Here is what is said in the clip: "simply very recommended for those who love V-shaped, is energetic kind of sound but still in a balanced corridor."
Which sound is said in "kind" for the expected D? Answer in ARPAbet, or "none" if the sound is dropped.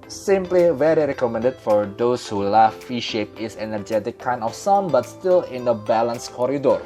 none